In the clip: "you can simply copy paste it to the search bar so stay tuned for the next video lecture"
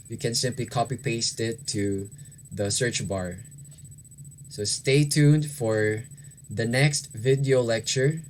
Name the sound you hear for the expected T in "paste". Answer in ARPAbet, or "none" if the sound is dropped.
T